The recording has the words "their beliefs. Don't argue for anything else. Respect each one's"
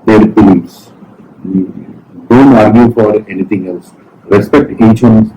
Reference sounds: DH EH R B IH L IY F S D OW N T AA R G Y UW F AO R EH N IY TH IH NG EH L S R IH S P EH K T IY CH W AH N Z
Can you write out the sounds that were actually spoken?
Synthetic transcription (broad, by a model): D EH R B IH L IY S D OW N T AA R G Y UW F AO R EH N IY T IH NG EH L S R IH S P EH K T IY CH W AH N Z